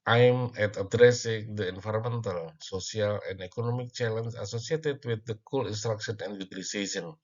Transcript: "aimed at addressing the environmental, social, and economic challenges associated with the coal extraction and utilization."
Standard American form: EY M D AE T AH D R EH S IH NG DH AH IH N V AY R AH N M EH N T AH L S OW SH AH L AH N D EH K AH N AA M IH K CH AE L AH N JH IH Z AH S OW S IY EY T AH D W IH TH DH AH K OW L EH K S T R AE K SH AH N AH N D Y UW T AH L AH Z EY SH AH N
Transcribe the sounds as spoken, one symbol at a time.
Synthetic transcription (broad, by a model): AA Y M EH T AH D R EH S IH NG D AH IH N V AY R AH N M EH N T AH L S OW S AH L AH N D EH K AH N AA M IH K CH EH L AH N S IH S OW S IY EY T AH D W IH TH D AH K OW L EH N S T R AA K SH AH N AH N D Y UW T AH L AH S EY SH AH N